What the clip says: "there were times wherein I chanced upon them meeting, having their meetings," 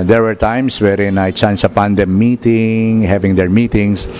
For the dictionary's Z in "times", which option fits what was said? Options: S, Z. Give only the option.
S